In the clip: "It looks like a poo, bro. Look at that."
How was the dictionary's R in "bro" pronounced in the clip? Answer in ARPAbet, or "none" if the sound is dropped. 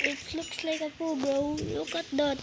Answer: none